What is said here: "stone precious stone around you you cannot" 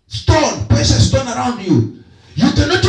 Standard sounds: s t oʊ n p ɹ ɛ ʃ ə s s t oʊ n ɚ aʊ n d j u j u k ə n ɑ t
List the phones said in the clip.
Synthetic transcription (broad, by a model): s t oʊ n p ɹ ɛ s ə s s t oʊ n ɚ aʊ n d j u j u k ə n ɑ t